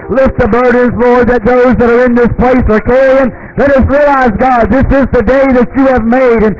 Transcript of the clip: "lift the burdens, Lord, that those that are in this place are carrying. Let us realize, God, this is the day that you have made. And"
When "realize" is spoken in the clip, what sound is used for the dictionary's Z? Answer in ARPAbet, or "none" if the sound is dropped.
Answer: Z